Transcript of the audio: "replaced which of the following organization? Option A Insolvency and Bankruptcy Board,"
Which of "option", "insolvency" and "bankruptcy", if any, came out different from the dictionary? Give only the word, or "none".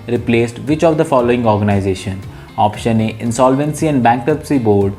bankruptcy